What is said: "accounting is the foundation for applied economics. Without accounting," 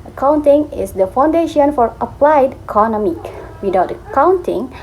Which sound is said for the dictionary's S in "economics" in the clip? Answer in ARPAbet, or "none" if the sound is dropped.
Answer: none